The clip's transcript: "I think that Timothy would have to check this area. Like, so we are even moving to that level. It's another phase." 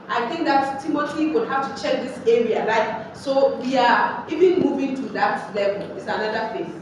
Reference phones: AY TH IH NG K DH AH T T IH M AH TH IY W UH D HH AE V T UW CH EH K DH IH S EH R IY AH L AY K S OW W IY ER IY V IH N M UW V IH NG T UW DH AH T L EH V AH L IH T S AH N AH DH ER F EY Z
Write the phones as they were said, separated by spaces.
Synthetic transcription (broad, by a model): AY TH IH NG K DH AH T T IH M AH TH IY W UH D HH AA F T UW CH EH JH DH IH S EH R IY AH L AY K S OW W IY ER IY V IH N M UW V IH NG T UW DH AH T L EH V AH L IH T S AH N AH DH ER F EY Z